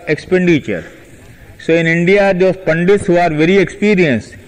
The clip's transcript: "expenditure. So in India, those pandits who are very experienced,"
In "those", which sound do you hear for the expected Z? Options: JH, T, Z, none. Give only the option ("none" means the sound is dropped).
none